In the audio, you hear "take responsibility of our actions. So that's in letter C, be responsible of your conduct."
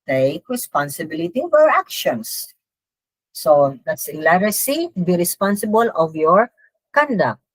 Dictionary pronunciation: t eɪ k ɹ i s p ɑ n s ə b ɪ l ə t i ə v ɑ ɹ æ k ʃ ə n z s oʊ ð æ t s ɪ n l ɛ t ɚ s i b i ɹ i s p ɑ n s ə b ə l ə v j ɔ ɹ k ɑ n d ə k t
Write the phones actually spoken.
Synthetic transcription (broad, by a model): t eɪ k ɹ i s p ɑ n s ə b ɪ l ə t i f ɑ ɹ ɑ k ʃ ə n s s oʊ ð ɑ t s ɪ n l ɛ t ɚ s i b i ɹ i s p ɑ n s ə b ə l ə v j ɔ ɹ k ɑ n d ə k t